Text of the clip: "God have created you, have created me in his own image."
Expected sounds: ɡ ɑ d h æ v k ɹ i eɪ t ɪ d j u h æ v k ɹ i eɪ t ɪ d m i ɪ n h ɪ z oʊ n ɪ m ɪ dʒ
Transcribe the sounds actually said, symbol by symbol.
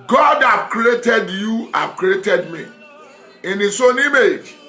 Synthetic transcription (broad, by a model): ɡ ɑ d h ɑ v k ɹ i eɪ t ɪ d j u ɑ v k ɹ i eɪ t ɪ d m i ɪ n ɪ s oʊ n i m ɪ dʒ